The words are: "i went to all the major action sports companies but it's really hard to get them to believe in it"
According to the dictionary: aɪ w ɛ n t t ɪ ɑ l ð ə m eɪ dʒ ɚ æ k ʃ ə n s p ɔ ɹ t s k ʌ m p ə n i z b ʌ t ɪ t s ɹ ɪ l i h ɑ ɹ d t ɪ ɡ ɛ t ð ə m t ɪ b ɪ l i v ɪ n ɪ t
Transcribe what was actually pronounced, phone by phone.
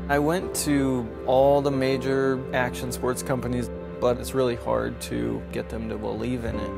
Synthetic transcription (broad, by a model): aɪ w ɛ n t t ɪ ɑ l ð ə m eɪ dʒ ɚ æ k ʃ ə n s p ɔ ɹ t s k ʌ m p ə n i z b ʌ t ɪ t s ɹ ɪ l i h ɑ ɹ d t ɪ ɡ ɛ t ð ə m t ɪ b ɪ l i v ɪ n ɪ t